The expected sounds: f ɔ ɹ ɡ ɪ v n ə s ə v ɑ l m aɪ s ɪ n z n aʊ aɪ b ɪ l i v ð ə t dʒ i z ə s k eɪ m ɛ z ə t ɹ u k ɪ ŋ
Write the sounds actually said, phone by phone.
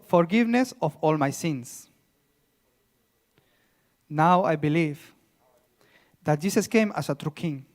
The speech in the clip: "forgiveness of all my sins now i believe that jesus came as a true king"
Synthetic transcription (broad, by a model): f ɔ ɹ ɡ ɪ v n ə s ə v ɑ l m aɪ s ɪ n s n aʊ aɪ b ɪ l i v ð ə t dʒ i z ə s k eɪ m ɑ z ə t ɹ u k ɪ ŋ